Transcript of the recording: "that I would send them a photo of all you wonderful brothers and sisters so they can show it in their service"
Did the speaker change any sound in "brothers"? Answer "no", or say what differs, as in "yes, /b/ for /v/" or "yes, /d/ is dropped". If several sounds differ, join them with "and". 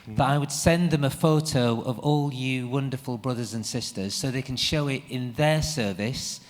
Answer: no